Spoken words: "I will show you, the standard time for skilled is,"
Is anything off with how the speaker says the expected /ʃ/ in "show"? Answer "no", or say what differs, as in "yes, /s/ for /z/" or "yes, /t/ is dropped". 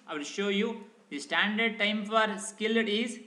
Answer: no